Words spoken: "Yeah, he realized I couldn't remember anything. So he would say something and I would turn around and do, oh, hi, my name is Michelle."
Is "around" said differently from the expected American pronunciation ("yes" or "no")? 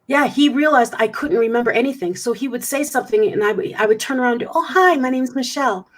yes